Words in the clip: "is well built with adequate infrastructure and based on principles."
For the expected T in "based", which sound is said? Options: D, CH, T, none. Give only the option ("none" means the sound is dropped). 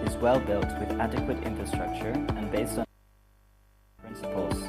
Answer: T